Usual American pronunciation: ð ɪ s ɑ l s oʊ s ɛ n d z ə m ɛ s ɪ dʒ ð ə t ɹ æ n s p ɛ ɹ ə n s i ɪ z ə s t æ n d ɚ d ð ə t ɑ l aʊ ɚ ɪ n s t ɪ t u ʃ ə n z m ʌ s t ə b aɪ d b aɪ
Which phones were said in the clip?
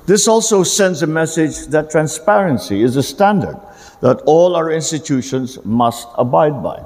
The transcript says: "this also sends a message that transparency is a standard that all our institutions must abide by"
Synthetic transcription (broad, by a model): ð ɪ s ɑ l s oʊ s ɛ n d z ə m ɛ s ɪ dʒ ð ə t ɹ æ n s p ɛ ɹ ə n s i ɪ z ə s t æ n d ɚ d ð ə t ɑ l aʊ ɚ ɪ n s t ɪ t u ʃ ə n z m ʌ s t ə b aɪ d b aɪ